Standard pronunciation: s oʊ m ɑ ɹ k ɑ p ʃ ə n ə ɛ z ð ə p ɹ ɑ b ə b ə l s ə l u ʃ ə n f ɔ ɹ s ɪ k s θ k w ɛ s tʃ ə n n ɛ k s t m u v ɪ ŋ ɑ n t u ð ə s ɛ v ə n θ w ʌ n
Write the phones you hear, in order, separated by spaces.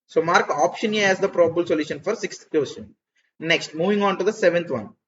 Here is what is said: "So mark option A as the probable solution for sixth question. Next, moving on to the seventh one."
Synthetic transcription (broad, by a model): s oʊ m ɑ ɹ k ɑ p ʃ ə n ə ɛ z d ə p ɹ ɑ b ə b ə l s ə l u ʃ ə n f ɔ ɹ s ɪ k s t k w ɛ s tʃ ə n n ɛ k s t m u v ɪ ŋ ɑ n t u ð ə s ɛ v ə n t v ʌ n